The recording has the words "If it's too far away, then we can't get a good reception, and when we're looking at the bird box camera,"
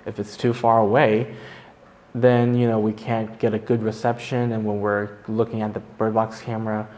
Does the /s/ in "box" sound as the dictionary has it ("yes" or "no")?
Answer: yes